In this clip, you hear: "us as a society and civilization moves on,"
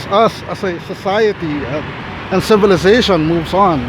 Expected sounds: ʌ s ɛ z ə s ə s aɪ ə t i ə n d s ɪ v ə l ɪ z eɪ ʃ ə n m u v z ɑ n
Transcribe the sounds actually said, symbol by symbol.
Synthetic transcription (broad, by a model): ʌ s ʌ s ə s ə s aɪ ə t i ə n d s ɪ v ə l ɪ z eɪ ʃ ə n m u v z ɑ n